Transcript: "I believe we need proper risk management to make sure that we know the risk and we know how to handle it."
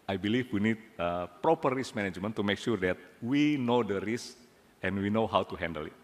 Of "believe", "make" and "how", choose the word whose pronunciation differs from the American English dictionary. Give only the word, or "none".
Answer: believe